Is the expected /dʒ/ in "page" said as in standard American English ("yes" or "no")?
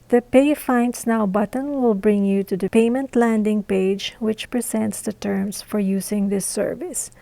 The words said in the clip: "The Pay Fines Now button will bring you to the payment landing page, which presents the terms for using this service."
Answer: yes